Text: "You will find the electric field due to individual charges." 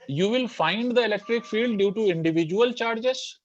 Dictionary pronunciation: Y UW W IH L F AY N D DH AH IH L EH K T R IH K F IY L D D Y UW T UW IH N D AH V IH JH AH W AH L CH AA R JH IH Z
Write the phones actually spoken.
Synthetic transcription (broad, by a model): Y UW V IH L F AY N D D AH IH L EH K T R IH K F IY L D D Y UW T UW IH N D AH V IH JH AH AH L CH AA R JH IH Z